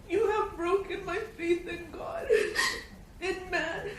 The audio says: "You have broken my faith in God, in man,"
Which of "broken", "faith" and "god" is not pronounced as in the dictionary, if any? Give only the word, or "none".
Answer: none